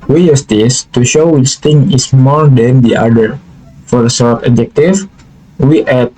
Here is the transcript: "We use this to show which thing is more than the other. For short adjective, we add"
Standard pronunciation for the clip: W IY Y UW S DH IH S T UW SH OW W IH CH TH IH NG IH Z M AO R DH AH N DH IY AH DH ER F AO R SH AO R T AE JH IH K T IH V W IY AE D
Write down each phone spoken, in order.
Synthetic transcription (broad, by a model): W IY Y UW S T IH S T UW SH OW W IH CH T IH NG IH S M AO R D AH N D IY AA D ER F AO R S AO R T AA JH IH K T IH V W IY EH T